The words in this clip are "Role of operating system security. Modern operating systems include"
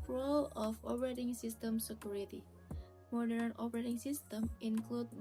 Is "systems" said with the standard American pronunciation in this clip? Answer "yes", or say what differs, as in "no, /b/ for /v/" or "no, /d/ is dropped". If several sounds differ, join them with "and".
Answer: no, /z/ is dropped